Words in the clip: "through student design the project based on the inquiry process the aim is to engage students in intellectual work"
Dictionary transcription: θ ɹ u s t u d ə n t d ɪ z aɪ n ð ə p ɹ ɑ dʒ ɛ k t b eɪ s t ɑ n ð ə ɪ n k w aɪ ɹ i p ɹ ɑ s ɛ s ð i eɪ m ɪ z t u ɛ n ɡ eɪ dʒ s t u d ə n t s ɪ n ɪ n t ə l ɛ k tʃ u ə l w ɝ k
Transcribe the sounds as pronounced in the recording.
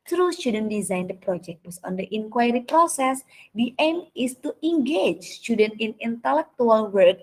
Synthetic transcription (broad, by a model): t ɹ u s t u d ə n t d ɪ z aɪ n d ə p ɹ ɑ dʒ ɛ k t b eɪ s ɑ n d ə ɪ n k w aɪ ɹ i p ɹ ɑ s ɛ s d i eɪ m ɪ s t u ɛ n ɡ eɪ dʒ s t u d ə n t ɪ n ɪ n t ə l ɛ k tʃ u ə l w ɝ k